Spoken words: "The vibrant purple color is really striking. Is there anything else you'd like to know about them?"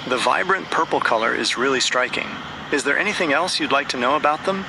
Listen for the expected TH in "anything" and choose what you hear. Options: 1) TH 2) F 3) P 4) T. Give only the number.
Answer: 1